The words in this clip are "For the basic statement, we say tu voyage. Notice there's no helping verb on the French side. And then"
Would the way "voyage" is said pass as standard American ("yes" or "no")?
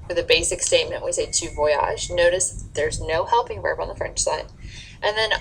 no